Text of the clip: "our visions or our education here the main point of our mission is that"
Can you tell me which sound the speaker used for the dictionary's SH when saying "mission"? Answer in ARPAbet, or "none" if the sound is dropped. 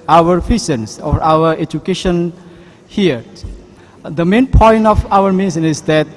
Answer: S